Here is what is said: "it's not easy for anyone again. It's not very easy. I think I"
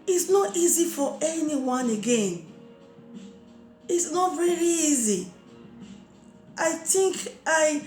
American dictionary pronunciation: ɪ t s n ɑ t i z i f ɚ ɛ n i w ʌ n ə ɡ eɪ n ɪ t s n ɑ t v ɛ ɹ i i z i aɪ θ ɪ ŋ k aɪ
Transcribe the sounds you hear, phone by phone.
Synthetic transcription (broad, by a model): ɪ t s n ɑ t i z i f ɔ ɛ n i w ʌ n ə ɡ eɪ n ɪ t s n ɑ t v ɛ ɹ i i z i aɪ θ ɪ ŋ k aɪ